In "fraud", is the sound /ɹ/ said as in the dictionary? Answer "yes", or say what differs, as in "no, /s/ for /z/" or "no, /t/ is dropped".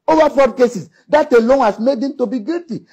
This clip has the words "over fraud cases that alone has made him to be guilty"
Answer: no, /ɹ/ is dropped